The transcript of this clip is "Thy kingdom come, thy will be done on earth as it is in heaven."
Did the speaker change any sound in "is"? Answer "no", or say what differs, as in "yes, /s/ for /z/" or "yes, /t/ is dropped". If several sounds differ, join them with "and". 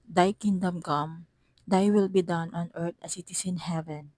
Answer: yes, /s/ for /z/